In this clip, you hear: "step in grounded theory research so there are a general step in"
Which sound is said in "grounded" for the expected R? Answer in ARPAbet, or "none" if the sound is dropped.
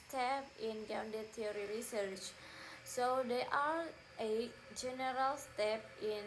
none